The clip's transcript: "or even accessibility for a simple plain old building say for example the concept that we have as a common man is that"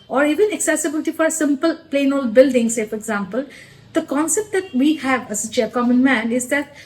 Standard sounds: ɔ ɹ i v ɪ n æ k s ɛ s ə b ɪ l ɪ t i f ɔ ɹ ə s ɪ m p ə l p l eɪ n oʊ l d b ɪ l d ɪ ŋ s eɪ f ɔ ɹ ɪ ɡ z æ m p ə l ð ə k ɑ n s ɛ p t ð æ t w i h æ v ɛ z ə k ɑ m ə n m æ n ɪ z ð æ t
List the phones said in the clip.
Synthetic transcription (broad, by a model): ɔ ɹ i v ɪ n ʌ k s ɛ s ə b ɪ l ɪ t i f ɔ ɹ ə s ɪ m p ə l p l eɪ n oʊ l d b ɪ l d ɪ ŋ s eɪ f ɔ ɹ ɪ ɡ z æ m p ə l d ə k ɑ n s ɛ p t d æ t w i h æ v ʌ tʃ ə k ɑ m ə n m æ n ɪ z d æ t